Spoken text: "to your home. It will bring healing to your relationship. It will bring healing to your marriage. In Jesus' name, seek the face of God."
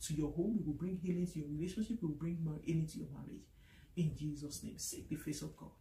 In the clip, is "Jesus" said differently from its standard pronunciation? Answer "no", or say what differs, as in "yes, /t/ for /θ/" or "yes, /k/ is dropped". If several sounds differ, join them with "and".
no